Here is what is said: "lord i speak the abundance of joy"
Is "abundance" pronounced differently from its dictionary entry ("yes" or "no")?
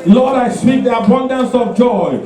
no